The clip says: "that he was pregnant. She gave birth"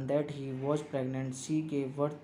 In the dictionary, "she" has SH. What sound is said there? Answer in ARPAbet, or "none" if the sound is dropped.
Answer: S